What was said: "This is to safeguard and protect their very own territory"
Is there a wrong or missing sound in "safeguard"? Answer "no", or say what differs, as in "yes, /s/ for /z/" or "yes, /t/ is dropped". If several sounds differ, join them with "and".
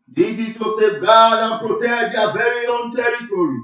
yes, /f/ is dropped